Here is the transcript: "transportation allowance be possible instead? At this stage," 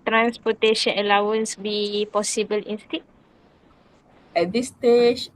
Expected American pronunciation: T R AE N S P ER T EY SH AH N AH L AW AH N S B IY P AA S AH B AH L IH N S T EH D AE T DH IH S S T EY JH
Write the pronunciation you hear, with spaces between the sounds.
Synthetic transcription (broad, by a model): T R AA N S P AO T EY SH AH N AH L AW AH N S B IY P AA S AH B AH L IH N S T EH EH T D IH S S T EY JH